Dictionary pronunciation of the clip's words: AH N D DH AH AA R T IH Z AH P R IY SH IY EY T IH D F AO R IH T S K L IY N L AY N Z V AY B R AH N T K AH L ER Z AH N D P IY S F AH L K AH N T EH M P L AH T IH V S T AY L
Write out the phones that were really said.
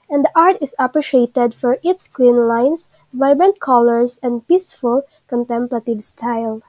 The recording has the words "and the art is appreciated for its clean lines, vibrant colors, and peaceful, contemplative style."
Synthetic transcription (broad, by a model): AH N D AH AA R T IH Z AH P R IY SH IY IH T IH D F AO R IH T S K L IY N L AY N S V AY B R AH N T K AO L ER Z AH N D P IY S F AH L K AH N T EH M P L AH T IH V S T AY L